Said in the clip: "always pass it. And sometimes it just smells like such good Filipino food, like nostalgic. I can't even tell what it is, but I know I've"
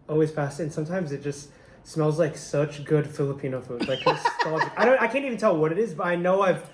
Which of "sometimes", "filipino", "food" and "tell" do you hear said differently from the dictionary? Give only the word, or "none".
none